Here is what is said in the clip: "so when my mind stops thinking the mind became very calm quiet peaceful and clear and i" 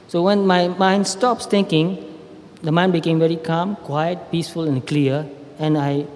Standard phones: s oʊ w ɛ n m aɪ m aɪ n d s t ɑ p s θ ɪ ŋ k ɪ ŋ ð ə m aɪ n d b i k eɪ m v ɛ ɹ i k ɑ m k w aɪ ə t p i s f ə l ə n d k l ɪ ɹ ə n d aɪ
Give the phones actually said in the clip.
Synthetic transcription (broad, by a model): s oʊ w ɛ n m aɪ m aɪ n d s t ɑ p s t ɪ ŋ k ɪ ŋ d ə m aɪ n b i k eɪ m v ɛ ɹ i k ɑ m k w aɪ ə t p i s f ə l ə n k l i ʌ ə n aɪ